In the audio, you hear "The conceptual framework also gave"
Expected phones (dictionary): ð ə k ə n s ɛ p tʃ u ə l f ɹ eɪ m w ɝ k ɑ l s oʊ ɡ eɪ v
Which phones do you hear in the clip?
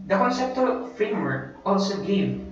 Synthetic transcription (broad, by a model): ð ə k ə n s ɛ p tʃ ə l f ɹ eɪ m w ɝ k ɑ l s oʊ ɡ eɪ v